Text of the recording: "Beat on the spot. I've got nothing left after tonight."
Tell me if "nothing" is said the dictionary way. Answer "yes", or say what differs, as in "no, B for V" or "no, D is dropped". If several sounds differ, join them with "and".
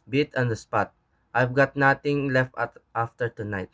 no, T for TH